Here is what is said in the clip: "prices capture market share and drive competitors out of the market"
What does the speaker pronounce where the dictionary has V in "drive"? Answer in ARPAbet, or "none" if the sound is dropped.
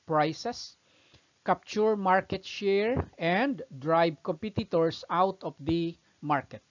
B